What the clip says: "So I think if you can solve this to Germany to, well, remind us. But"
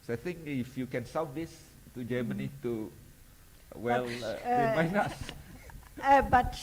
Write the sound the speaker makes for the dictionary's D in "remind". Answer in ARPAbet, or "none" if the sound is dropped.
none